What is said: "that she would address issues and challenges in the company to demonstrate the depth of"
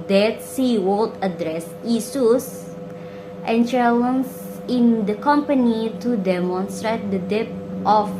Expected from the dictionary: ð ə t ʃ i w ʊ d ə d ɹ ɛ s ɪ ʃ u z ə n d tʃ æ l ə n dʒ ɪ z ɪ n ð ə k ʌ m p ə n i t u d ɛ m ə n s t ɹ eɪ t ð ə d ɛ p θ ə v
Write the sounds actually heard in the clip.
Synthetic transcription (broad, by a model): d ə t s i w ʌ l ə d ɹ ɛ s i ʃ u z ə n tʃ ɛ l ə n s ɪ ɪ n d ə k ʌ m p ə n i t u d ɛ m ə n s t ɹ eɪ t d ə d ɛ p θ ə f